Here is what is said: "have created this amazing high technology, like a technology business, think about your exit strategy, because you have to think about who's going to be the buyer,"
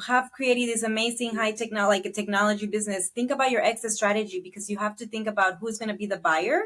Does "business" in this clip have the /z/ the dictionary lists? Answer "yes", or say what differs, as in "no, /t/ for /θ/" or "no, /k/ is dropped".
yes